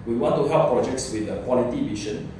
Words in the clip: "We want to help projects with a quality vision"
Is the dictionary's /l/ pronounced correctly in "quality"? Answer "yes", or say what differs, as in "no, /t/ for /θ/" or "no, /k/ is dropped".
yes